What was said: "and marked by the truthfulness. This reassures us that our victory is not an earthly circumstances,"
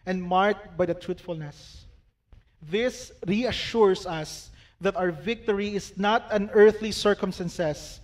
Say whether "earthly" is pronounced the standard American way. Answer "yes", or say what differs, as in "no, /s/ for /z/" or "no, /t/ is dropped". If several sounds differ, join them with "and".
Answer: yes